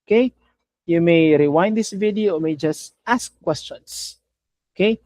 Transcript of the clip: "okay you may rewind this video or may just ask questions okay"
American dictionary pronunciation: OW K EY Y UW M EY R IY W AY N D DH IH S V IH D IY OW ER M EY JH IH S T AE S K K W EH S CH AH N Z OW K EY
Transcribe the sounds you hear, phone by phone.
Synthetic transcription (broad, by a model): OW K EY Y UW M EY R IY W AY N D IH S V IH D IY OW M EY JH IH S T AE S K K W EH S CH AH N S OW K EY